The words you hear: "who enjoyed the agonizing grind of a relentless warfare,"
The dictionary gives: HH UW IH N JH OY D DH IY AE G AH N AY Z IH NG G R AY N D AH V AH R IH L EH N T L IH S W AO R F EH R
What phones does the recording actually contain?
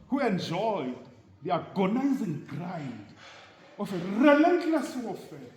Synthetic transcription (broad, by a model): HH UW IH N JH OY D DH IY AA G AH N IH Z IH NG G R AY D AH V AH R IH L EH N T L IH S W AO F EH